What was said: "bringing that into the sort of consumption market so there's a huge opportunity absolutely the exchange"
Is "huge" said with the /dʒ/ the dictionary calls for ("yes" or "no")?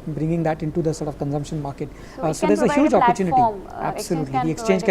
yes